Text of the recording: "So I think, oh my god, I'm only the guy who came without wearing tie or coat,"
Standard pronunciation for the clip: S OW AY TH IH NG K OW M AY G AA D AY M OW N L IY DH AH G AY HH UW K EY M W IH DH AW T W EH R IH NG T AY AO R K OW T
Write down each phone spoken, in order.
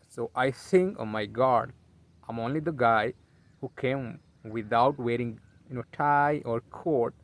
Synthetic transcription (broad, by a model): S OW AY S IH NG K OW M AY G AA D AY M OW N L IY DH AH G AY HH UW K EY M W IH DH AW T W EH R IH NG T AY AO R K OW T